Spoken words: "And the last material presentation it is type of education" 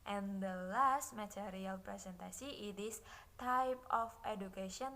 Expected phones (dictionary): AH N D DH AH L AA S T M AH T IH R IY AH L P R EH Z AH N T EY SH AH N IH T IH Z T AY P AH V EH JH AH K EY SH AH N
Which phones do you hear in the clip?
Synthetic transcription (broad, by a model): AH N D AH L AA S T M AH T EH R IY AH L P R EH S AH N T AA S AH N IH T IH S T AY P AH F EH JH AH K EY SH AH N